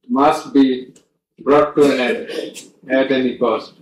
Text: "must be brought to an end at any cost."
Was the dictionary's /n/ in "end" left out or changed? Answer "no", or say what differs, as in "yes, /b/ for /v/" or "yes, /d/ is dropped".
yes, /n/ is dropped